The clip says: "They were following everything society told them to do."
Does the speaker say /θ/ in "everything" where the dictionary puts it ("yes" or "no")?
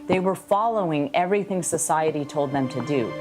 yes